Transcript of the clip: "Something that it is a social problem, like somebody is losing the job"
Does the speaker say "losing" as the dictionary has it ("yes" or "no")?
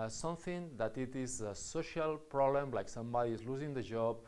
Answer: yes